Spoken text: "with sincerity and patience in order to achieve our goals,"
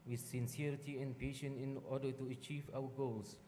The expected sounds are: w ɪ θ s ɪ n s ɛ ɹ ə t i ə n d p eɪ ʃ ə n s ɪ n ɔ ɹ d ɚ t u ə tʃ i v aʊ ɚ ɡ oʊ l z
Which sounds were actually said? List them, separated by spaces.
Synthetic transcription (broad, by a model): w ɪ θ s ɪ n s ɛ ɹ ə t i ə n p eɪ ʃ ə n ɪ n ɔ d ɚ t u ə tʃ i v aʊ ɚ ɡ oʊ l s